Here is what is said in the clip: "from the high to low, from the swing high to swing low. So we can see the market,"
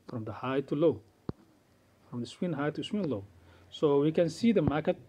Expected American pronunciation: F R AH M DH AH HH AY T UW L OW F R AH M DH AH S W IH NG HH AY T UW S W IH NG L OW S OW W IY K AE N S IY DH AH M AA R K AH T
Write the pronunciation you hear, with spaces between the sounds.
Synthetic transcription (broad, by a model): F R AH M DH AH HH AY T UW L OW F R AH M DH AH S W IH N HH AY T UW S W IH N L OW S OW W IY K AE N S IY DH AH M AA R K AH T